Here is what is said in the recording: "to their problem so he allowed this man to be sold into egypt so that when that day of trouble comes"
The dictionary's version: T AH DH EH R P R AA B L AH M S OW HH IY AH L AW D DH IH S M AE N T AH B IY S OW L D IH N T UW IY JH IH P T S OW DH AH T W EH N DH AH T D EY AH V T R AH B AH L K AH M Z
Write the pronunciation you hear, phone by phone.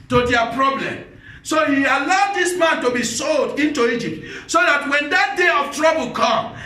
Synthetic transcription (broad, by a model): T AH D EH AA P R AA B L AH M S OW HH IY AH L AW D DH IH S M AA N T AH B IY S OW L D IH N T UW IY JH IH P T S OW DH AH T W EH N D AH T D EY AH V T R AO B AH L K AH M